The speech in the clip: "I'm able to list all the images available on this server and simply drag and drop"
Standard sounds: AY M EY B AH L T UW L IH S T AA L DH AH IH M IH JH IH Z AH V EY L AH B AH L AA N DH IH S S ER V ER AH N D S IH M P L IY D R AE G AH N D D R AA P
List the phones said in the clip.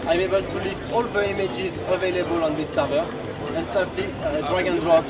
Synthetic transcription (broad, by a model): AY M EY B AH L T UW L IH S T AA L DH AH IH M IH JH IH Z AH V EY L AH B AH L AA N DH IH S S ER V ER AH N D S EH P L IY D R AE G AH N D D R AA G